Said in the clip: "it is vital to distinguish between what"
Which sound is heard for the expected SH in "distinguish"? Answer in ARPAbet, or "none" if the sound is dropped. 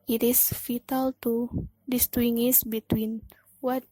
S